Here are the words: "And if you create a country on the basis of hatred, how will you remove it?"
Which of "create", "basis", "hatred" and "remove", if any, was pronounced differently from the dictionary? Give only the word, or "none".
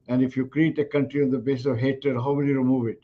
hatred